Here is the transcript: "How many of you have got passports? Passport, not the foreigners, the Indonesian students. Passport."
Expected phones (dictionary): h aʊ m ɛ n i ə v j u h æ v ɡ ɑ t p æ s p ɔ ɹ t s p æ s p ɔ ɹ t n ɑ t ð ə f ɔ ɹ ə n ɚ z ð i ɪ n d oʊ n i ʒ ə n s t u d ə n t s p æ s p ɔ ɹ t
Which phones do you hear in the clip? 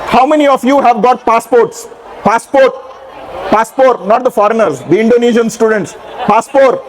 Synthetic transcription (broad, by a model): h aʊ m ɛ n i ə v j u h æ v ɡ ɑ t p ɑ s p ɔ ɹ t s p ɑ s p ɔ ɹ t n ɑ t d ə f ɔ ɹ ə n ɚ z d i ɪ n d oʊ n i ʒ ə n s t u d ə n t s p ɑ s p ɔ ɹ t